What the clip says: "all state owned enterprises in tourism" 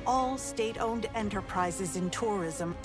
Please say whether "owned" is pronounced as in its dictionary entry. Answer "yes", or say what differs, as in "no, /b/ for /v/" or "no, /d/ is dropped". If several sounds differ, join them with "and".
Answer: yes